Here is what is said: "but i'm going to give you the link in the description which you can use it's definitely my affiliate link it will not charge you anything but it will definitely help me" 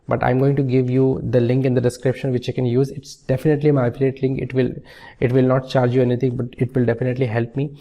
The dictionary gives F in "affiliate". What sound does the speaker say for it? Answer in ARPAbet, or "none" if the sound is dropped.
P